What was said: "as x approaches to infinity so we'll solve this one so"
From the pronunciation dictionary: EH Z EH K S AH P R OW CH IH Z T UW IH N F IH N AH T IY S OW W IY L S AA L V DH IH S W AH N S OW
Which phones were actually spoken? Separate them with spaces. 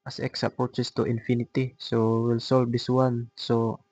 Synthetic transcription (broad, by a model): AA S EH K S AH P OW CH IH S T UW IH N F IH N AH T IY S OW W IY L S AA L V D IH S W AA N S OW